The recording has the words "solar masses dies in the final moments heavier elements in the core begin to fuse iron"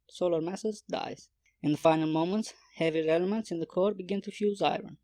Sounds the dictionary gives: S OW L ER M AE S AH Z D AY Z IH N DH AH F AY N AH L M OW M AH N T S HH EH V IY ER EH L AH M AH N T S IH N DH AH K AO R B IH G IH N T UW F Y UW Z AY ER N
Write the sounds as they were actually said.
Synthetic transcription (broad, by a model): S OW L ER M AE S AH Z D AY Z IH N DH AH F AY N AH L M OW M AH N T S HH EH V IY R EH L AH M AH N T S IH N DH AH K AO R B IH G IH N T UW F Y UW Z AY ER N